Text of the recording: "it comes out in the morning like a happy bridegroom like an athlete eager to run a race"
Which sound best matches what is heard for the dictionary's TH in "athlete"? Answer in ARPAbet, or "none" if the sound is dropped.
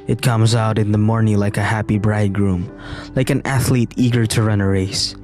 TH